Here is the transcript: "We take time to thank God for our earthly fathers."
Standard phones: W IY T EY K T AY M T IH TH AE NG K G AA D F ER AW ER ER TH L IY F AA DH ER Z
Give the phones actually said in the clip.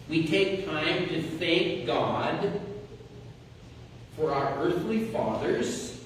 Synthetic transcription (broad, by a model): W IY T EY K T AY M T IH TH AE NG K G AA D F ER AW ER ER TH L IY F AA DH ER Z